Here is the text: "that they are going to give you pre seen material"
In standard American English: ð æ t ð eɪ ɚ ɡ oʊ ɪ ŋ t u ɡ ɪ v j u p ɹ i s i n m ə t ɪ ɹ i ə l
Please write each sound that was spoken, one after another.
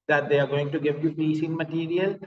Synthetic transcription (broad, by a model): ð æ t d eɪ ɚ ɡ oʊ ɪ ŋ t u ɡ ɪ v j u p i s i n m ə t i ɹ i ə l